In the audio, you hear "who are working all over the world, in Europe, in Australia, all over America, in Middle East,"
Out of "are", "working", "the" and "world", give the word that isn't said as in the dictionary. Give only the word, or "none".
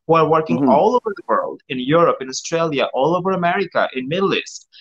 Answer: none